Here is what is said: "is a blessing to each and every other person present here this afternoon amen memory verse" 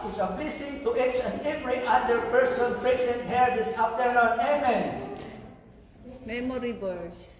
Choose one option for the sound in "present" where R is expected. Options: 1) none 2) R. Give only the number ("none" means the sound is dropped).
1